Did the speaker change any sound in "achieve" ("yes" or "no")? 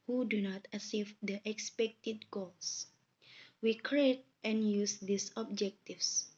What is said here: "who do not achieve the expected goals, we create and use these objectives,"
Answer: yes